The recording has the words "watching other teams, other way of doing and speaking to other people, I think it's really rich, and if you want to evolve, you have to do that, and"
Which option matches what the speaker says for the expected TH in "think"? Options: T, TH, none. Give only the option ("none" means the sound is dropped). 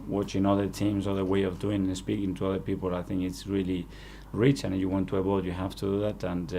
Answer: TH